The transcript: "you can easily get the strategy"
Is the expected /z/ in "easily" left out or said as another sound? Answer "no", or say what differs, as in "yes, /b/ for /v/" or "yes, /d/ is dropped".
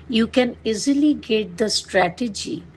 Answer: no